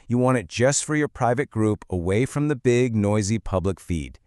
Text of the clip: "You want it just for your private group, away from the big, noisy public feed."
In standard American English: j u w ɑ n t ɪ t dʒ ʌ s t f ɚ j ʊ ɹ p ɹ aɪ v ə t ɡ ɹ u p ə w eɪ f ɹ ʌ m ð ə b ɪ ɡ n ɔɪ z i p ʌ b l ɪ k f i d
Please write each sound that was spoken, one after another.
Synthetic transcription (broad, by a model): j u w ɑ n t ɪ t dʒ ʌ s t f ɚ j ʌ ɹ p ɹ aɪ v ə t ɡ ɹ u p ə w eɪ f ɹ ʌ m ð ə b ɪ ɡ n ɔɪ z i p ʌ b l ɪ k f i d